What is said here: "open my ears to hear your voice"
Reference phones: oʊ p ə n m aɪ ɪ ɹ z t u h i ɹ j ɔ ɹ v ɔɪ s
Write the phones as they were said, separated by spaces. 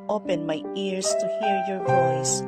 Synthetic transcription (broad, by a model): oʊ p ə n m aɪ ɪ ɹ s t u h i ɹ j ɔ ɹ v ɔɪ s